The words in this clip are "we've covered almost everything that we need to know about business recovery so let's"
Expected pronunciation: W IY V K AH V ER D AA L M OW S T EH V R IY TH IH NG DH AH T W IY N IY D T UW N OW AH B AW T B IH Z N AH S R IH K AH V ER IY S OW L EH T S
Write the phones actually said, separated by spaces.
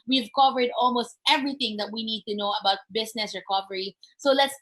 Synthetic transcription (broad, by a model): W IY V K AH V ER D AA L M OW S T EH V R IY TH IH NG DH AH T W IY N IY D T UW N OW AH B AW T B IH S N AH S R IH K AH V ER IY S OW L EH T S